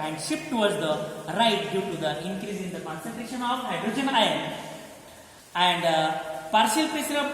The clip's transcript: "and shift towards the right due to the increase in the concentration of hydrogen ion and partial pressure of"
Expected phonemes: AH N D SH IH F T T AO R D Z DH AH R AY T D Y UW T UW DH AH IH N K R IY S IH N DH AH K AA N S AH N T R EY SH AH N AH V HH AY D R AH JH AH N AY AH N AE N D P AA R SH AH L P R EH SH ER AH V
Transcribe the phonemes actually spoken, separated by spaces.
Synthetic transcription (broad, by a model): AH N D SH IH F T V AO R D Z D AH R AY T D Y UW T UW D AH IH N K R IY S IH N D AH K AA N S AH N T R EY SH AH N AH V HH AY D R AH JH AH N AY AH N AE N D P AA R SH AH L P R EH S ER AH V